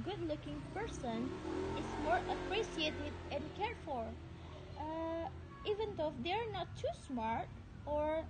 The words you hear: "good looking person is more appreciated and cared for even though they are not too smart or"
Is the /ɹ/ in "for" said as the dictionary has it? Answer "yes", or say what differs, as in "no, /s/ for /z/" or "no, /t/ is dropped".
no, /l/ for /ɹ/